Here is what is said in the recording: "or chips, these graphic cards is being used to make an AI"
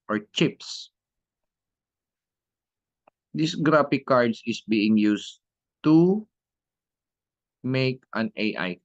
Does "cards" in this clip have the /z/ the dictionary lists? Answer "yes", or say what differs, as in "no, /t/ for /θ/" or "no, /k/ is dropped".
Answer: no, /s/ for /z/